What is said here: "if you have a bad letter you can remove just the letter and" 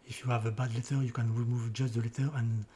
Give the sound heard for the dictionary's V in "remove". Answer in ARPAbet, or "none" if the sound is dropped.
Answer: V